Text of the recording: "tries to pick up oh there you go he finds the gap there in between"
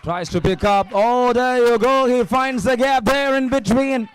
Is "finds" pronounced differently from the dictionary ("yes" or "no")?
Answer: no